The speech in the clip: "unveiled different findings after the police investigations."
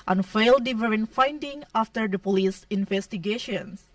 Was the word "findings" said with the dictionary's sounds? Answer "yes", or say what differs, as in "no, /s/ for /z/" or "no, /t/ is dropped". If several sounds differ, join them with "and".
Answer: no, /z/ is dropped